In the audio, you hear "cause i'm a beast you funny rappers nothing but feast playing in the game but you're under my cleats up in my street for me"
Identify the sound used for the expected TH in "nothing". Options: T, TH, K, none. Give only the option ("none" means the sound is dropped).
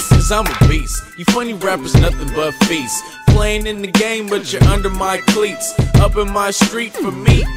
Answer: TH